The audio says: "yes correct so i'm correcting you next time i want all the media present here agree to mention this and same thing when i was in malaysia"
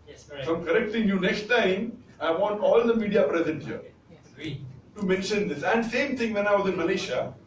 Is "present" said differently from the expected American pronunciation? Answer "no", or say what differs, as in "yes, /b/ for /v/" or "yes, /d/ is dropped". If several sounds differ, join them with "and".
no